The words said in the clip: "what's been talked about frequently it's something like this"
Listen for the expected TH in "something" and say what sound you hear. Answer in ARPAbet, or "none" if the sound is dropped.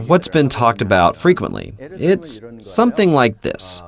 TH